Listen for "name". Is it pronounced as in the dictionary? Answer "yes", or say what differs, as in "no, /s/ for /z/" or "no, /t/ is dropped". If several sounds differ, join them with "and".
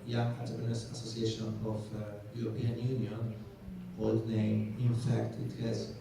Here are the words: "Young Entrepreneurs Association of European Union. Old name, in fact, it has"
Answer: no, /m/ is dropped